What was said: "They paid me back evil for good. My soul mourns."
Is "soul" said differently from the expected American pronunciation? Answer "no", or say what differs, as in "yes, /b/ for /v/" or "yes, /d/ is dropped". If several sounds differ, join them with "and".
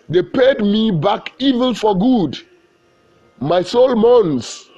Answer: no